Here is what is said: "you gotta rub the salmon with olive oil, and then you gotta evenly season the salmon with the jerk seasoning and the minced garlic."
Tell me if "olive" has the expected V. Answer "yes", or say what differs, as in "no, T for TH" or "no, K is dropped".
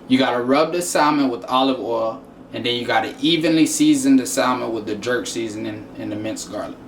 yes